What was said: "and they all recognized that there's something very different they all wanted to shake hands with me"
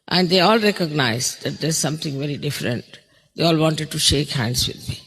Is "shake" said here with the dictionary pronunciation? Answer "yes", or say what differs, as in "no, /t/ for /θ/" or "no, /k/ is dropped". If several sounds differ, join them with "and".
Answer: yes